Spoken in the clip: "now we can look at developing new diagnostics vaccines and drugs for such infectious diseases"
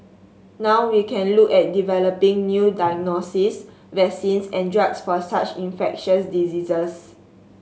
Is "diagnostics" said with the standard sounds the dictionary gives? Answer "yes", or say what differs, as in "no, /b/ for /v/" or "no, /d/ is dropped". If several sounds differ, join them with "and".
no, /k/ is dropped